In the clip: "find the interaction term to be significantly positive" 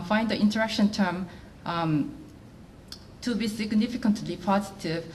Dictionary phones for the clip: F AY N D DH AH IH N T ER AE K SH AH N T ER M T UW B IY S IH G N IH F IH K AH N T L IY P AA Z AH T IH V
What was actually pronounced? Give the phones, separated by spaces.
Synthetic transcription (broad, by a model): F AY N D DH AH IH N T ER AE K SH AH N T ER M T UW B IY S IH G N IH F IH K AH N T L IY P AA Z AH T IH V